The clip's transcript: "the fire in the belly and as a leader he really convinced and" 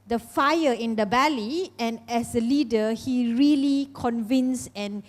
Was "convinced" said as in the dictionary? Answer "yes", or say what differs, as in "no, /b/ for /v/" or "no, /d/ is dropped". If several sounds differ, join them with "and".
no, /t/ is dropped